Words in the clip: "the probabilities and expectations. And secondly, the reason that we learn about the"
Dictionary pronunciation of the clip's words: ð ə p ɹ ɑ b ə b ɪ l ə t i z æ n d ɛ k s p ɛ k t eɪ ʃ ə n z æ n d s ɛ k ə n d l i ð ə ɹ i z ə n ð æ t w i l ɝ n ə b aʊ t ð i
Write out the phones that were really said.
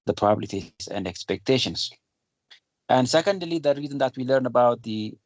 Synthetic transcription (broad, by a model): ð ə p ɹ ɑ ə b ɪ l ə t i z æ n d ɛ k s p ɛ k t eɪ ʃ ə n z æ n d s ɛ k ə n d l i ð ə ɹ i z ə n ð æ t w i l ɝ n ə b aʊ t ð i